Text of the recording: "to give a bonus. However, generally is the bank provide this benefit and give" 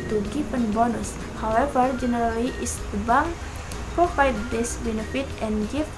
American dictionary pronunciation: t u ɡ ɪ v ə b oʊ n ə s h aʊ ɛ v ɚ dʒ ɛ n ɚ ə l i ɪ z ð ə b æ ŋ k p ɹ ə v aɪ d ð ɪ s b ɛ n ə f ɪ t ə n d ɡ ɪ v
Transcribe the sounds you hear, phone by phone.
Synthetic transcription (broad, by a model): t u ɡ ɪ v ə b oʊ n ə s h aʊ ɛ v ɚ dʒ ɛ n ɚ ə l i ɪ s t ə b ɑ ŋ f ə f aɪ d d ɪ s b ɛ n ə f ɪ t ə n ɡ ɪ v